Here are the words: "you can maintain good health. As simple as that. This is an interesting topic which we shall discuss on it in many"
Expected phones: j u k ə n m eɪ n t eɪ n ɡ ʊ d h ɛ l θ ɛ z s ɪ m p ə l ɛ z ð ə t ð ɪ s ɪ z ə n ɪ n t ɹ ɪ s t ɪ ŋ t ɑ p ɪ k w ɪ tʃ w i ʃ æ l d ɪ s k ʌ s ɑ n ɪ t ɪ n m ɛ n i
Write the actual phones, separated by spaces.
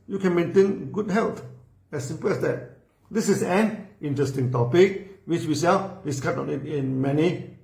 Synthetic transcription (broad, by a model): j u k ə n m eɪ n t eɪ n ɡ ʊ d h ɛ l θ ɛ s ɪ m p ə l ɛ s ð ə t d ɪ s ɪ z ə n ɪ n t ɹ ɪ s t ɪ ŋ t ɑ p ɪ k w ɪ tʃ w i s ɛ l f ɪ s k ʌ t ɑ n ɪ t ɪ n m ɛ n i